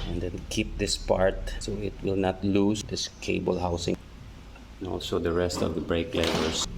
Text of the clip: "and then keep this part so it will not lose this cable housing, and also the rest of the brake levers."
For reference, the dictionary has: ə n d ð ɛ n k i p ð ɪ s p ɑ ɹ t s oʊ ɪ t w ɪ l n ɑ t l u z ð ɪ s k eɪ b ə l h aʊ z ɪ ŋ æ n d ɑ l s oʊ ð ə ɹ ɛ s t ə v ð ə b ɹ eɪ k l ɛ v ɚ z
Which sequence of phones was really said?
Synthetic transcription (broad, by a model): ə n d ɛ n k i p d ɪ s p ɑ ɹ t s oʊ ɪ t w ɪ l n ɑ t l u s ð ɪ s k eɪ b ə l h aʊ s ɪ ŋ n ɑ l s oʊ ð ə ɹ ɛ s t ə v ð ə b ɹ eɪ k l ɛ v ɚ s